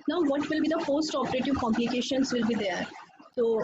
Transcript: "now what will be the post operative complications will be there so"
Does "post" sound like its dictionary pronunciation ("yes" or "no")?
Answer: no